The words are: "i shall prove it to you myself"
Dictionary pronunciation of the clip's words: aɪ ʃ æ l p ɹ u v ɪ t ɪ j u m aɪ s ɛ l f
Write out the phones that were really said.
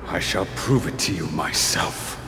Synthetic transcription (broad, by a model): aɪ ʃ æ l p ɹ u v ɪ t ɪ j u m aɪ s ɛ l f